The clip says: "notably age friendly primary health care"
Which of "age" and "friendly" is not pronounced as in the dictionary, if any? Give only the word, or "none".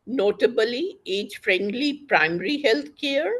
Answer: none